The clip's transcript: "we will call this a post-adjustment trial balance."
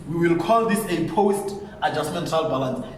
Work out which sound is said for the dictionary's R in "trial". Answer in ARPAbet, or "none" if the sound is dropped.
none